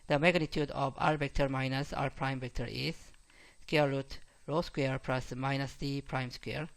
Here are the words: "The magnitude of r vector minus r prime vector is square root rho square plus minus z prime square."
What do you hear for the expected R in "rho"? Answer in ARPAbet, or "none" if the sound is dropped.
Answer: R